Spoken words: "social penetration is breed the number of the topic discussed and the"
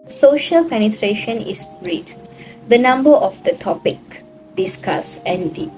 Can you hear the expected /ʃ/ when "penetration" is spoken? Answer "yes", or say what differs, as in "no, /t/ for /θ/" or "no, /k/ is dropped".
yes